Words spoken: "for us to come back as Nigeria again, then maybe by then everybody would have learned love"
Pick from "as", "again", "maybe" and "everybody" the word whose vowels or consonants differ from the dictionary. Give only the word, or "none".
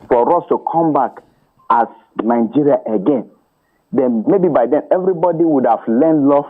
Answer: as